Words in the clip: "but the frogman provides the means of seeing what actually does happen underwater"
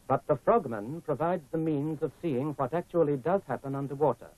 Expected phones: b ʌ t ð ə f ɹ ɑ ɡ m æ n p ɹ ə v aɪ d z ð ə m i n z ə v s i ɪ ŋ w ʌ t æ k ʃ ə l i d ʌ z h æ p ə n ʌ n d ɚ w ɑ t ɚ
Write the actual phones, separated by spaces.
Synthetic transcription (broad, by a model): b ʌ t ð ə f ɹ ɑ ɡ m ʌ n p ɹ ə v aɪ d z ð ə m i n z ə v s i ɪ ŋ w ʌ t æ k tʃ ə l i d ʌ z h æ p ə n ʌ n d ɚ w ɑ t ɚ